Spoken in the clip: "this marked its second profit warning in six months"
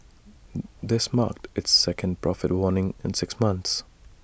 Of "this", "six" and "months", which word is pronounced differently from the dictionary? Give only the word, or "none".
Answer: none